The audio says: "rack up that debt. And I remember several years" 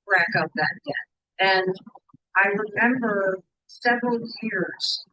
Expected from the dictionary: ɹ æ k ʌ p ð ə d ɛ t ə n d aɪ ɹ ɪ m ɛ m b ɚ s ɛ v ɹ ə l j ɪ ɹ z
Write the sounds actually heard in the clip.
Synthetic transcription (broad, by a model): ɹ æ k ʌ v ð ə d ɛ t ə n aɪ ɹ ɪ m ɛ m b ɚ s ɛ v ɹ ə l j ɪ ɹ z